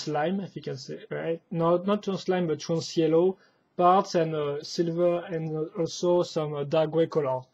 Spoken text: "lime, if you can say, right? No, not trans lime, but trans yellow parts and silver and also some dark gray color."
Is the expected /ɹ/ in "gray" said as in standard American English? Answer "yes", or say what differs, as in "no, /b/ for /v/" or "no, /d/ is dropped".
no, /w/ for /ɹ/